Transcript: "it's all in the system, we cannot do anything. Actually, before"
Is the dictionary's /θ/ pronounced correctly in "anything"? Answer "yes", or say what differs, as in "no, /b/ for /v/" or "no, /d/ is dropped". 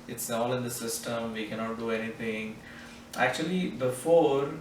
no, /t/ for /θ/